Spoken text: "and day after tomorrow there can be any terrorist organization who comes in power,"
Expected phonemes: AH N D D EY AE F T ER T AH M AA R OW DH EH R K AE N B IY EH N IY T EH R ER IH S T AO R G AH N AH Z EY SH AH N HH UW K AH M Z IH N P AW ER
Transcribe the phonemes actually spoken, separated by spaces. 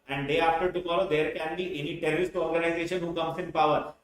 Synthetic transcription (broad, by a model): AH N D D EY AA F T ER T AH M AA R OW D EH R K AE N B IY EH N IY T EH L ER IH S T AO R G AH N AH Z EY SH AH N HH UW K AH M S IH N P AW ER